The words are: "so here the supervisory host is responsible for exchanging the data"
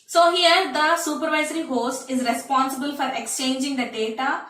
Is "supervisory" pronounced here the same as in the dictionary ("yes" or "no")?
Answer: yes